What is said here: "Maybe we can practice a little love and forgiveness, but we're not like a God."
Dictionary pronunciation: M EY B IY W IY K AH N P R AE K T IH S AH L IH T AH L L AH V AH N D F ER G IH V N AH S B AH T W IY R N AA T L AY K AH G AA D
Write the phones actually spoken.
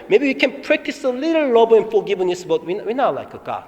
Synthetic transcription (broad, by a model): M EY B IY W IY K AH N P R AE K T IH S AH L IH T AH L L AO B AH N F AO G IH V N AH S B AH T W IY W N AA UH L AY K AH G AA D